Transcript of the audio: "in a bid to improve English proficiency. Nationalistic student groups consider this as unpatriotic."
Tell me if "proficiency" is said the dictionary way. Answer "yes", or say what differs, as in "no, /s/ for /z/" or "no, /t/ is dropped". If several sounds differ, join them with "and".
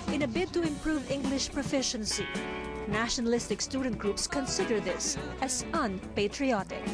yes